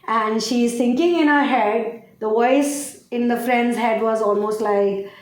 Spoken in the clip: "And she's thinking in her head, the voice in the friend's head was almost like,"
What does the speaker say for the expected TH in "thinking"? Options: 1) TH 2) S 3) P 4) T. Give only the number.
2